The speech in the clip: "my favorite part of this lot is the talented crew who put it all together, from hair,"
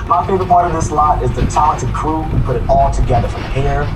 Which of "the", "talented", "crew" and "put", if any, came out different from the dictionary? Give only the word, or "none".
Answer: talented